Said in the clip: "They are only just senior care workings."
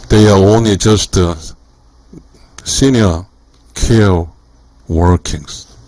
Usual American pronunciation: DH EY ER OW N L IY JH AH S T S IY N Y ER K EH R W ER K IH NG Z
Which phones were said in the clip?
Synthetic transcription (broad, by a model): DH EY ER OW N L IY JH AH S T S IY N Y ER K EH L W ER K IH NG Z